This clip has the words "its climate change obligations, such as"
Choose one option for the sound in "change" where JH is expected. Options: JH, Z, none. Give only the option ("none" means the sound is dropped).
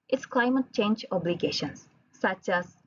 JH